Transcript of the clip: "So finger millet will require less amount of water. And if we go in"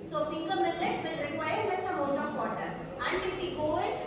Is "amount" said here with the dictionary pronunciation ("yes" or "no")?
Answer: no